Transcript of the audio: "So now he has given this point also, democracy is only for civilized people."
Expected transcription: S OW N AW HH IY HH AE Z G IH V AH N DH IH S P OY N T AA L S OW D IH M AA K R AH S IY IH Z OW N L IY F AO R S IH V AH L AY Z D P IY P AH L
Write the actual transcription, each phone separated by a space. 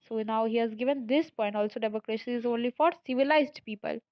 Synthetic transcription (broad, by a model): S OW N AW HH IY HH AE Z G IH V AH N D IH S P OY N T AA L S OW D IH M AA K R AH SH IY IH Z OW N L IY F AO R S IH V AH L AY Z D P IY P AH L